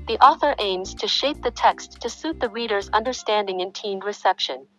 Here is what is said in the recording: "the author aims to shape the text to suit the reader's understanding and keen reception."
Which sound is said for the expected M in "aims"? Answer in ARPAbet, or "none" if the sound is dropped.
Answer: M